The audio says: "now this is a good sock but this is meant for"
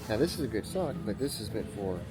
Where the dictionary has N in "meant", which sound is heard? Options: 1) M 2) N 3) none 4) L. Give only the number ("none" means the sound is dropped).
3